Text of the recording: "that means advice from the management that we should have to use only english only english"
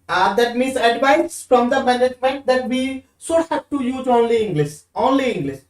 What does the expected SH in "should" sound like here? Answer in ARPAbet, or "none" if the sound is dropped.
S